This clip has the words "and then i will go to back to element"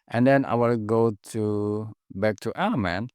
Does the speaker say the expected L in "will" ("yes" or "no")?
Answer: yes